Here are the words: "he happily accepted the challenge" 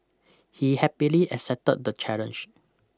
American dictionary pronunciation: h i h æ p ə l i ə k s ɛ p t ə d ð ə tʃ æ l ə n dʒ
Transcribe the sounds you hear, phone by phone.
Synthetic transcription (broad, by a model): h i h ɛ p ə l i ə s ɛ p t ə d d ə tʃ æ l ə n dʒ